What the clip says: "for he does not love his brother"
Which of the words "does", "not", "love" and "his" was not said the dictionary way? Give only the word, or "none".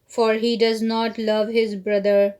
none